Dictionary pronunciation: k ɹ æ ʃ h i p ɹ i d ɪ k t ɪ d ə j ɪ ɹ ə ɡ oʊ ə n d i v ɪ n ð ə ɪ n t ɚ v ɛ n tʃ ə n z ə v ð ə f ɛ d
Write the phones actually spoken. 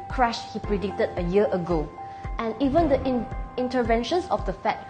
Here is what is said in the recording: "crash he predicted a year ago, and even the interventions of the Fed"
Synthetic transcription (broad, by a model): k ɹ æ ʃ h i p ɹ i d ɪ k t ɪ d ə j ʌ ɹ ə ɡ oʊ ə n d i v ɪ n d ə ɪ n t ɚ v ɛ n ʃ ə n s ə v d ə f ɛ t